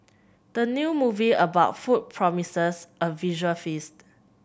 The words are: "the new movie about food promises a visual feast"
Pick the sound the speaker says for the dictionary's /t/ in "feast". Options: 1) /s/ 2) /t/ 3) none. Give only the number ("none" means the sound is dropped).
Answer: 2